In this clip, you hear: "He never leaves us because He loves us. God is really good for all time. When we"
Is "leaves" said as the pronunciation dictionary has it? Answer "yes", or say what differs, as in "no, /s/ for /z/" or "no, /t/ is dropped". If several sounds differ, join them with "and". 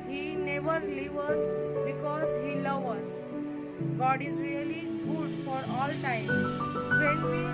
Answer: no, /z/ is dropped